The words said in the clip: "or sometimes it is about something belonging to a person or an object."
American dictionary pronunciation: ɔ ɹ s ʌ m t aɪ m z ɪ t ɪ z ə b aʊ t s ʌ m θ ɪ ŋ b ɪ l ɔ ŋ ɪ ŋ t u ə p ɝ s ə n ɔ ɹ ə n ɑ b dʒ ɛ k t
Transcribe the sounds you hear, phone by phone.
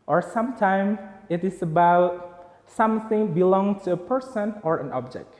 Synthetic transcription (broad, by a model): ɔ ɹ s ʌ m t aɪ m ɪ t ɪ s ə b aʊ t s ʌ m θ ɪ ŋ b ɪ l ɔ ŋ ŋ t u ə p ɝ s ə n ɔ ɹ ə n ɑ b dʒ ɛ k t